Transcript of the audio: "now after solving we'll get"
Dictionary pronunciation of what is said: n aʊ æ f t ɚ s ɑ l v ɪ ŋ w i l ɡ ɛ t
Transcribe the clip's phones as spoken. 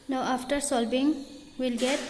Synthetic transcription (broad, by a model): n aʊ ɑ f t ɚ s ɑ l b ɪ ŋ w i l ɡ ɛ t